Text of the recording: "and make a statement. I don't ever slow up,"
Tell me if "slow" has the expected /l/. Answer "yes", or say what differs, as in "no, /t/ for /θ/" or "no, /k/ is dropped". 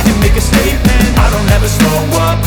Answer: no, /l/ is dropped